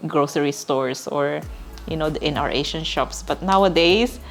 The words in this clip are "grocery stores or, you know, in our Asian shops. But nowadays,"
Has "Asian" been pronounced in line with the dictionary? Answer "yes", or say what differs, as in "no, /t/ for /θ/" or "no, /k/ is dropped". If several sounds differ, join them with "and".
no, /ʃ/ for /ʒ/